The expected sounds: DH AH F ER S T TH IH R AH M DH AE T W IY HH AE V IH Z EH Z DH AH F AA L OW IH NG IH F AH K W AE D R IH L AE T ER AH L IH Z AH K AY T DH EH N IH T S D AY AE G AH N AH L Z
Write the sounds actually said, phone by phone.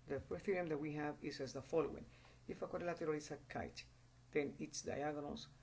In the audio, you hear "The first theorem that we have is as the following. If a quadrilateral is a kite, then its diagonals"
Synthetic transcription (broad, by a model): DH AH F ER T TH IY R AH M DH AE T W IY HH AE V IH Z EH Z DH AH F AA L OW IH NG IH F AH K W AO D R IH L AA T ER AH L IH S AH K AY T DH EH N IH T S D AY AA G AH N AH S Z